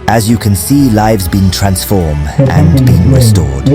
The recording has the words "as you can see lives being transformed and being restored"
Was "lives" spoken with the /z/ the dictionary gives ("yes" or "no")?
yes